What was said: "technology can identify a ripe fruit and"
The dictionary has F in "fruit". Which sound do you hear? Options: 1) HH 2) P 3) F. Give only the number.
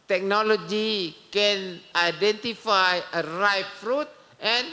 3